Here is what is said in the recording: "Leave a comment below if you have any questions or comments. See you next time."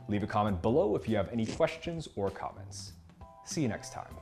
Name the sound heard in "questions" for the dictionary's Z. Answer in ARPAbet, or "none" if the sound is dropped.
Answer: Z